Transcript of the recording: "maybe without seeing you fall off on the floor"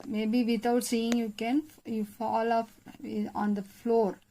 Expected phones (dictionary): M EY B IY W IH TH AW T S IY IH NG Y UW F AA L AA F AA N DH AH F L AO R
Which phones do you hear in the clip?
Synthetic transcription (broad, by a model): M EY B IY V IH T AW T S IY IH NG Y UW F AA L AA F AA N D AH F L AO R